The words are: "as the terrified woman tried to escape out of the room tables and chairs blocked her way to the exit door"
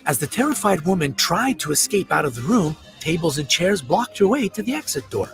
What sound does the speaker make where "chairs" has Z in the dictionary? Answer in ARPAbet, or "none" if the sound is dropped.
Z